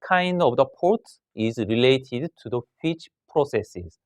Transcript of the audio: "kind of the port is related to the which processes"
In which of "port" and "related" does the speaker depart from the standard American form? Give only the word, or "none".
none